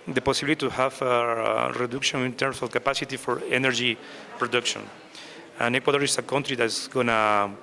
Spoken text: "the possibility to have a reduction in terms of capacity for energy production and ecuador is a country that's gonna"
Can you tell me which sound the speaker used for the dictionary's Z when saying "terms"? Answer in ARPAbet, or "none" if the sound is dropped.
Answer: S